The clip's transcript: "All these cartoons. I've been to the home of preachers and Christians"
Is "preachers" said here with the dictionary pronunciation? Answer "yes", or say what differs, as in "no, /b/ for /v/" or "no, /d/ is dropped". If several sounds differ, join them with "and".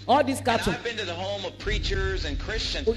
yes